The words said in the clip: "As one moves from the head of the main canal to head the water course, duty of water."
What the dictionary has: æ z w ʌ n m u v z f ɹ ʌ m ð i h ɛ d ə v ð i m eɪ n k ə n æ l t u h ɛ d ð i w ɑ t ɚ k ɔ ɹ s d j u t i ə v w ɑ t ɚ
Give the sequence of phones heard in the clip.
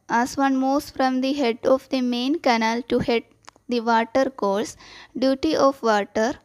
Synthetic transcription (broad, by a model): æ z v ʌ n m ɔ z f ɹ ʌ m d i h ɛ d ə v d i m eɪ n k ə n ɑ l t u h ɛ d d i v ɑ t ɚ k ɔ l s d j u t i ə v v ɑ t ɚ